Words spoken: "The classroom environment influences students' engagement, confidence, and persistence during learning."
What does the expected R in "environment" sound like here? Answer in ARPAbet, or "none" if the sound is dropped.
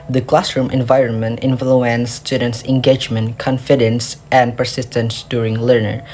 R